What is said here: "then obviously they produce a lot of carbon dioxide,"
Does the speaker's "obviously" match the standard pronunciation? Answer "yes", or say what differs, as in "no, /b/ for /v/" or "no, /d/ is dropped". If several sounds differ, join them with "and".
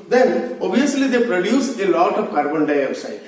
no, /v/ is dropped